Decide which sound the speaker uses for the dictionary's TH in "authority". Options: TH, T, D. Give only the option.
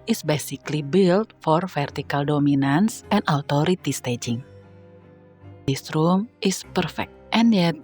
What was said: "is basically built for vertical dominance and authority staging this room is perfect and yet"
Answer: T